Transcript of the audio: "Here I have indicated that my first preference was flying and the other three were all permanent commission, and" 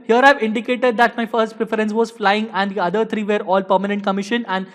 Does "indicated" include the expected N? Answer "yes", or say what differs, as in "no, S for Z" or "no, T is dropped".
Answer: yes